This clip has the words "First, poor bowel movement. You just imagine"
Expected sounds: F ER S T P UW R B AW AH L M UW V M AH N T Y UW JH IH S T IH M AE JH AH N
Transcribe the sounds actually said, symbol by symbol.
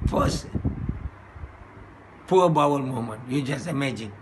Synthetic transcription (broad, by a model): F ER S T P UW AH B AW AH L M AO M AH N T Y UW JH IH S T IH M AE JH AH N